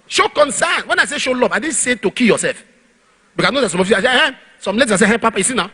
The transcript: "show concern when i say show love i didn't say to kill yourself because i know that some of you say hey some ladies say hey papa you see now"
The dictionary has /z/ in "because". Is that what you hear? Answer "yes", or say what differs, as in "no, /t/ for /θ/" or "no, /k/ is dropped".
no, /z/ is dropped